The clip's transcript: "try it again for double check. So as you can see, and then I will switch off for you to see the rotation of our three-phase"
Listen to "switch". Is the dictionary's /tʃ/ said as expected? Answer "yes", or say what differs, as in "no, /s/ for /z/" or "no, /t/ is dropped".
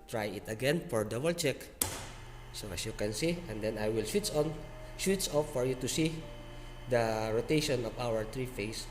no, /s/ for /tʃ/